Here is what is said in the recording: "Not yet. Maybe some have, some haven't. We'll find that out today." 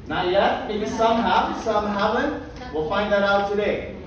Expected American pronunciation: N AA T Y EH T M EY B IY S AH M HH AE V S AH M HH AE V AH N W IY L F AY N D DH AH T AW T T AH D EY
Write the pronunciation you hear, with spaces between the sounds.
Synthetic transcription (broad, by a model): N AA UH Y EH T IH IY S AH M HH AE S AH M HH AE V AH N W IY L F AY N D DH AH T AW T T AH D EY